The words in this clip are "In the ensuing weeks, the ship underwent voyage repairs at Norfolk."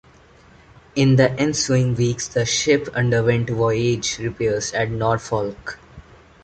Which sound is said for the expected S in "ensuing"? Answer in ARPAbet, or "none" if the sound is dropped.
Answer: S